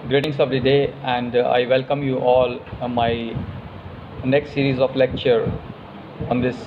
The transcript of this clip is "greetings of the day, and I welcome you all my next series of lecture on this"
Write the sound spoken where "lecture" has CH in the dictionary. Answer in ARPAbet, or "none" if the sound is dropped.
CH